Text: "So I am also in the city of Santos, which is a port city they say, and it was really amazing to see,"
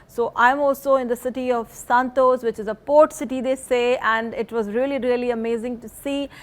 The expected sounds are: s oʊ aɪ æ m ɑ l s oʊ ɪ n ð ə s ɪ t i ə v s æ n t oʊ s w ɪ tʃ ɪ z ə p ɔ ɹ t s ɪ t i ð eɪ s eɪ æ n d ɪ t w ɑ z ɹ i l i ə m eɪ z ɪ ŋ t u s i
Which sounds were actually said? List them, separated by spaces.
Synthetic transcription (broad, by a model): s oʊ aɪ m ɑ l s oʊ ɪ n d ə s ɪ t i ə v s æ n t oʊ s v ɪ tʃ ɪ z ə p ɔ ɹ t s ɪ t i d eɪ s eɪ æ n d ɪ t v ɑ z ɹ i l i ə m eɪ z ɪ ŋ t u s i